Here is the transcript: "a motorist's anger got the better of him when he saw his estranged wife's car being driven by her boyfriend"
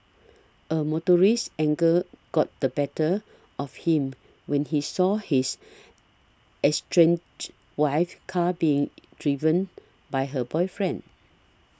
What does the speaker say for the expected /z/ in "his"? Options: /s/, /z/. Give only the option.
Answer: /s/